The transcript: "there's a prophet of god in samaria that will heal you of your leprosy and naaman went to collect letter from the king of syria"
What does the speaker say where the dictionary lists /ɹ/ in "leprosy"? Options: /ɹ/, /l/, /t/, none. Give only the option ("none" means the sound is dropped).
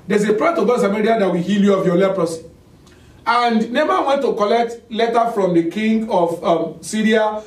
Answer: /ɹ/